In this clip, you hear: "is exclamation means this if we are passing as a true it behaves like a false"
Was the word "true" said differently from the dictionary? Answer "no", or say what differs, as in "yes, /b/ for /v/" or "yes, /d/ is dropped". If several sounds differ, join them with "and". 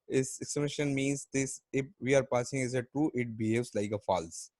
yes, /ɹ/ is dropped